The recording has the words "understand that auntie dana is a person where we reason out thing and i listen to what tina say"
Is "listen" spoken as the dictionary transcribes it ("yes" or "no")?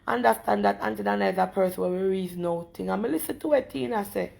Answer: yes